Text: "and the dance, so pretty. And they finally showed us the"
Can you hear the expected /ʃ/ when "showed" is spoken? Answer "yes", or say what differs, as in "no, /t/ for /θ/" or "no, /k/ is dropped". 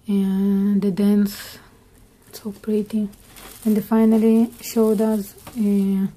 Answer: yes